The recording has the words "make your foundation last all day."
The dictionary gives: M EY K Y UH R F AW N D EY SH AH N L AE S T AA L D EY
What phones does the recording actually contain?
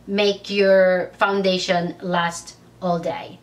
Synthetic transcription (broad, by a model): M EY K Y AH R F AW N D EY SH AH N L AE S T AA L D EY